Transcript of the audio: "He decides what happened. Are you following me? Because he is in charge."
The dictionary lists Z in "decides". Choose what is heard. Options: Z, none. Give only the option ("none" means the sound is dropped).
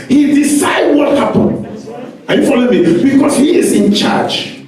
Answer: none